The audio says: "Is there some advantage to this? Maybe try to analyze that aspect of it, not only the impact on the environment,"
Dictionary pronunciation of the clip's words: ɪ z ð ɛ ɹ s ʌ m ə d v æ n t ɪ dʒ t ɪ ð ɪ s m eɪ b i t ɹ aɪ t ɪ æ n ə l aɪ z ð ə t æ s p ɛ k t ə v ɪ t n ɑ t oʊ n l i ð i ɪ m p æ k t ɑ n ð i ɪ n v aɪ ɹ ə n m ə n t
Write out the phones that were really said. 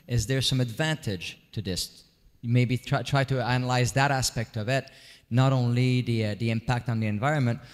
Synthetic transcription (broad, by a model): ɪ z ð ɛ ɹ s ʌ m ə d v æ n t ɪ dʒ t ɪ ð ɪ s m eɪ b i t ɹ aɪ t ɪ æ n ə l aɪ z ð ə t æ s p ɛ k t ə v ɪ t n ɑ t oʊ n l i ð i ɪ m p æ k t n ð i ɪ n v aɪ ɹ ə n m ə n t